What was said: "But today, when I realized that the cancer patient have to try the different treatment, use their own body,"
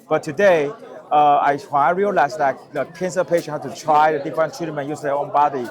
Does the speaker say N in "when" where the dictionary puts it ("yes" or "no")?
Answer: no